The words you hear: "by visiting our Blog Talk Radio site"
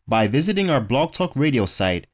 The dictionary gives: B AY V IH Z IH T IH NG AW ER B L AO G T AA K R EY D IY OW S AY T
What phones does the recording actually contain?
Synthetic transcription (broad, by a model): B AY V IH Z IH T IH NG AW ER B L AO G T AA K R EY D IY OW S AY T